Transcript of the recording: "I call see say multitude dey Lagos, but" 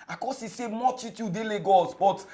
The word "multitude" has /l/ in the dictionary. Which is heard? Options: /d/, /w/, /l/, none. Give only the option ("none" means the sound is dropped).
none